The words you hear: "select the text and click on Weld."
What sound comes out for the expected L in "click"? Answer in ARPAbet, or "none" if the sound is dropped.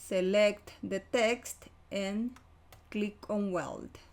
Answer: L